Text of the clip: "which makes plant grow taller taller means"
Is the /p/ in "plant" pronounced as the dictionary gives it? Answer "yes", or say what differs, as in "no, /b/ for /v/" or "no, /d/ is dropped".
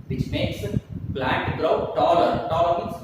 no, /b/ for /p/